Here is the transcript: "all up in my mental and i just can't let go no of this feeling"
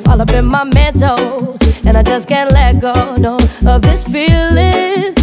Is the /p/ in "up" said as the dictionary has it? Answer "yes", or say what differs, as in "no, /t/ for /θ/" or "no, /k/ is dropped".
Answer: no, /b/ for /p/